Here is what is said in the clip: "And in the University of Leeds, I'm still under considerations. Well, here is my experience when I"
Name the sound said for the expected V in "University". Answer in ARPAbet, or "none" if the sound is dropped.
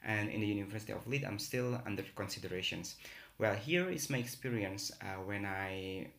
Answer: V